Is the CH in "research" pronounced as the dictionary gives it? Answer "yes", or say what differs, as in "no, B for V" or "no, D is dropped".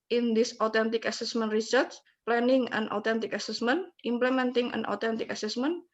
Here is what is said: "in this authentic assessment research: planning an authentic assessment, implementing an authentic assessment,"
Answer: no, S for CH